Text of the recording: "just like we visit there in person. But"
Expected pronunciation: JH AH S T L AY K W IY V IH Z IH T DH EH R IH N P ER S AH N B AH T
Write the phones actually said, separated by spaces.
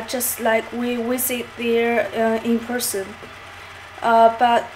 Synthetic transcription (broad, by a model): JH AH S T L AY K W IY W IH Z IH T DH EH R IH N P ER S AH N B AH T